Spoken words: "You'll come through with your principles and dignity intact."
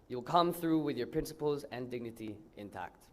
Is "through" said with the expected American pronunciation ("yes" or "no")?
yes